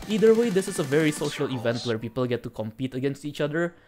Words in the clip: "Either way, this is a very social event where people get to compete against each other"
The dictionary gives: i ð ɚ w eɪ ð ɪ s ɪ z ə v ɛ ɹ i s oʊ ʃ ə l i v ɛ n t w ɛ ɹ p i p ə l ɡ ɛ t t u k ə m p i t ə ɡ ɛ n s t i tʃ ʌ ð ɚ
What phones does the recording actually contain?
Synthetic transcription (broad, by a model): i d ɚ w eɪ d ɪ s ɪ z ə v ɛ ɹ i s oʊ ʃ ə l i v ɛ n t w ɛ ɹ p i p ə l ɡ ɛ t t u k ə m p i t ə ɡ ɛ n s t i tʃ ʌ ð ɚ